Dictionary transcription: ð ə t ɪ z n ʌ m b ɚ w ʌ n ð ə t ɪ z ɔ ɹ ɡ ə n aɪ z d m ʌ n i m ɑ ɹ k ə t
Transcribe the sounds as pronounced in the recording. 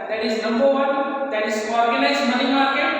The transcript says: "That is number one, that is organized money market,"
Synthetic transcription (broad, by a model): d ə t ɪ z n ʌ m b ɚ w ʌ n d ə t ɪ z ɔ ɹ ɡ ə l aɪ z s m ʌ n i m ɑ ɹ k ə